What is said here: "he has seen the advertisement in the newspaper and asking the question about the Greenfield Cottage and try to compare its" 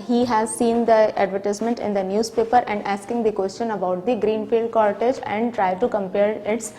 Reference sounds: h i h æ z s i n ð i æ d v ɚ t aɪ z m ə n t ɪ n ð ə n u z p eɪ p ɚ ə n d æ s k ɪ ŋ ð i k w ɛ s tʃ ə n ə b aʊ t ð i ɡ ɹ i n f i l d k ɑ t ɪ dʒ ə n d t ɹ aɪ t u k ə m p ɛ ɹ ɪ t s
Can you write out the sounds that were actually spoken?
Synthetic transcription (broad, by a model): h i h æ z s i n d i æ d v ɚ t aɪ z m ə n t ɪ n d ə n u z p eɪ p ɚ ə n d æ s k ɪ ŋ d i k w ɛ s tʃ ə n ə b aʊ t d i ɡ ɹ i n f i l d k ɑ t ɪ dʒ ə n d t ɹ aɪ t u k ə m p ɛ ɹ ɪ t s